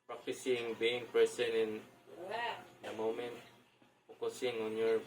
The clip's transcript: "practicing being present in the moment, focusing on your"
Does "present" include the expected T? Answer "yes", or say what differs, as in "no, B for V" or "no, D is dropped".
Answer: no, T is dropped